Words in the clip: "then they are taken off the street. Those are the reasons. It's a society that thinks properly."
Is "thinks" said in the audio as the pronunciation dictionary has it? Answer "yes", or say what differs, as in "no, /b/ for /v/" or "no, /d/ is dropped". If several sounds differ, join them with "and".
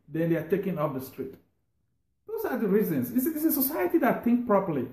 no, /s/ is dropped